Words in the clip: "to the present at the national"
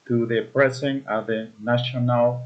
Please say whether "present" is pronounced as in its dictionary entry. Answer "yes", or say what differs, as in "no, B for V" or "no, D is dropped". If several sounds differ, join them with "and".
no, S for Z